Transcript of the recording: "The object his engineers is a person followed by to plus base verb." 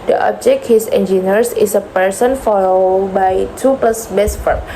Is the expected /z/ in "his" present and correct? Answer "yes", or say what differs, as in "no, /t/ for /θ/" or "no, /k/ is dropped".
no, /s/ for /z/